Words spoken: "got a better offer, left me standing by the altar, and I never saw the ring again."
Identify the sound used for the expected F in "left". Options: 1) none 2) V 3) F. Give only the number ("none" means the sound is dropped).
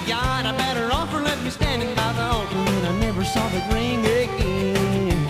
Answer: 1